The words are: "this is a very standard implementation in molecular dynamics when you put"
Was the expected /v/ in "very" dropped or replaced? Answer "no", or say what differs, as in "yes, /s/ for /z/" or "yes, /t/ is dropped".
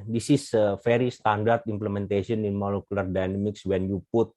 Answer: yes, /f/ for /v/